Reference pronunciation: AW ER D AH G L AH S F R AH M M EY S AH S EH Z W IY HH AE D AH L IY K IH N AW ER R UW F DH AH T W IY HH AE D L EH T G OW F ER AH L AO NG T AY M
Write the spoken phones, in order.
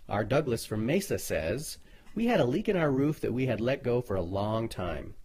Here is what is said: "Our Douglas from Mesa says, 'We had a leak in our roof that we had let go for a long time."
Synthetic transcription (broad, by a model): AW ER D AH G L AH S F R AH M M EY S AH S EH Z W IY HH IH D AH L IY K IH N AW ER R UW F DH AH T W IY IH D L EH T G OW F ER AH L AO NG T AY M